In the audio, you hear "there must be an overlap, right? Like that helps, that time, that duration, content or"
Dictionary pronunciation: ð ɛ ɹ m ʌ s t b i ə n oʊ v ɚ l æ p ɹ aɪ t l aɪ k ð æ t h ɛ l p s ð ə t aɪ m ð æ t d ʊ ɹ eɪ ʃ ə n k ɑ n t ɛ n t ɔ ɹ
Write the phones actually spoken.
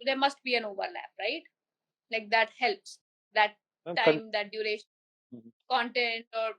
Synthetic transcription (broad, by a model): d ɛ ɹ m ʌ s t b i ə n oʊ v ɚ l æ p ɹ aɪ t l aɪ k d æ t h ɛ l p s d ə t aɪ m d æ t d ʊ ɹ eɪ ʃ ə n k ɑ n t ɛ n t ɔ ɹ